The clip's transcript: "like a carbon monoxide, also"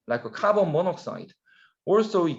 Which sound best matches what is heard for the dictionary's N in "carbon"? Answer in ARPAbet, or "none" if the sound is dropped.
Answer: L